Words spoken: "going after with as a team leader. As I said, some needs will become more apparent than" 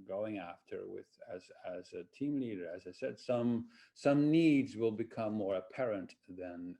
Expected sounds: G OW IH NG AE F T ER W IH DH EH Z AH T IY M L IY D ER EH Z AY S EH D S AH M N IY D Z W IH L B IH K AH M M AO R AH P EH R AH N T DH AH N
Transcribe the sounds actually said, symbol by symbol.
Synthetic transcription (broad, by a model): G OW IH NG AE F T ER W IH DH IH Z AH T IY M L IY D ER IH Z AY S EH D S AH M N IY D Z W IH L B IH K AH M M AO R AH P EH R AH N T DH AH N